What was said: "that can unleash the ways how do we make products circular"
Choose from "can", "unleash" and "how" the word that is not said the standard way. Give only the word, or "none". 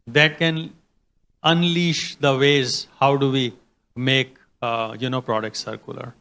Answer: none